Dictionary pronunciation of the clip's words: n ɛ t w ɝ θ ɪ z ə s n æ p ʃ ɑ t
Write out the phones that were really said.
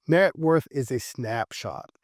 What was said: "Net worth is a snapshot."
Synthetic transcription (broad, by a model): n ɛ t w ɝ θ ɪ z ə s n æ p ʃ ɑ t